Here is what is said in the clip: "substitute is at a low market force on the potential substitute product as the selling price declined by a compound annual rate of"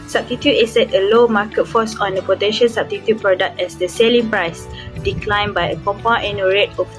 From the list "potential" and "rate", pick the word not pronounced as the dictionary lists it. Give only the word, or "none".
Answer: potential